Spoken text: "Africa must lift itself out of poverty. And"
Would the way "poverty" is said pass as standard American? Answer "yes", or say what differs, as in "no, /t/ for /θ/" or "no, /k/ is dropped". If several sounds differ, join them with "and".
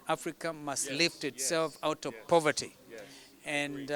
yes